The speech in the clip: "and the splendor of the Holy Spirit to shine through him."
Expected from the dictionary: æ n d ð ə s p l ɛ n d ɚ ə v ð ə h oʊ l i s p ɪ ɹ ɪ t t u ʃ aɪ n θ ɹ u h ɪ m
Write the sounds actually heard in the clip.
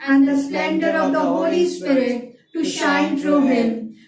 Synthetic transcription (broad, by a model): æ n d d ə s p l ɛ n d ɚ ə v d ə h oʊ l i s p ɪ ɹ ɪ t t u ʃ aɪ n t ɹ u h ɪ m